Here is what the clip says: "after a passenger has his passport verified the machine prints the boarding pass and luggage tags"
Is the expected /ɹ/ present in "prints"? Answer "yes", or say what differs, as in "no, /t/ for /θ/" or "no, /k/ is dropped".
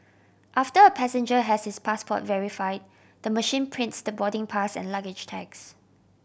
yes